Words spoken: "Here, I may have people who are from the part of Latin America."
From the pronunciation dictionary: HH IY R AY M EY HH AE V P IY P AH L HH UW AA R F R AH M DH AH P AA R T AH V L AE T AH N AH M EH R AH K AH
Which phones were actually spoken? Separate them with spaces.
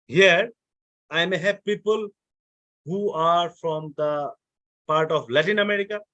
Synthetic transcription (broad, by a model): HH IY R AY M EY HH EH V P IY P AH L HH UW AA R F R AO M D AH P AA R T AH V L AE T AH N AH M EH R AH K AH